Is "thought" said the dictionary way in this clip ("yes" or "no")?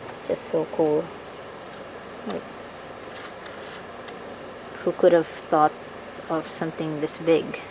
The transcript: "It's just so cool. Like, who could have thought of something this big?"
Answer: yes